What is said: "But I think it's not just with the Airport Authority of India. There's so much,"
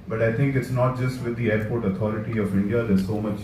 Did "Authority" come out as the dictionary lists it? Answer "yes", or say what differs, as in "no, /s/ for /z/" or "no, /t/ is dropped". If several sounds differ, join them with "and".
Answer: no, /t/ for /θ/